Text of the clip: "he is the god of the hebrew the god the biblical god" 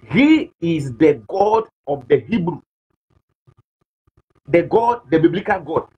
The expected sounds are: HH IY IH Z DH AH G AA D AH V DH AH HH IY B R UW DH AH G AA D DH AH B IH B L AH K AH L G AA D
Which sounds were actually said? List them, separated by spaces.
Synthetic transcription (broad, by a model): HH IY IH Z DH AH G AA D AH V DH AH HH IY B R UW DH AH G AA D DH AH B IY B L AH K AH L G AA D